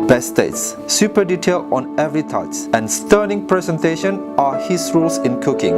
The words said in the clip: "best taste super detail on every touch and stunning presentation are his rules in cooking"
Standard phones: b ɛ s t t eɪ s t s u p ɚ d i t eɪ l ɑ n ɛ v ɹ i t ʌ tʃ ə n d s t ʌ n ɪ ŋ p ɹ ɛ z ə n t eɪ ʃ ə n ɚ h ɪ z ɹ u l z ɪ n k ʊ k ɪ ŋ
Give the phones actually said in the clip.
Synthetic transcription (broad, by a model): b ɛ s t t s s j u p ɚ d i t eɪ l ɑ n ɛ v ɹ i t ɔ s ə n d s t ʌ n ɪ ŋ p ɹ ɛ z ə n t eɪ ʃ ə n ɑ h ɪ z ɹ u l s ɪ n k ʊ k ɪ ŋ